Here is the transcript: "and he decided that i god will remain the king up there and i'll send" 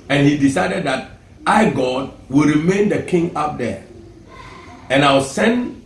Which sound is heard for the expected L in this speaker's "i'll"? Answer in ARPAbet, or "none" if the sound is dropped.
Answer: W